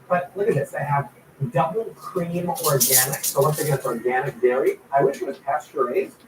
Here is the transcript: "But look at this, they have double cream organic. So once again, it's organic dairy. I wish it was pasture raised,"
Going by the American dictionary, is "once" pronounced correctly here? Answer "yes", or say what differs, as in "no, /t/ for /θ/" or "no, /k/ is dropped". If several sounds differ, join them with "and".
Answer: no, /n/ is dropped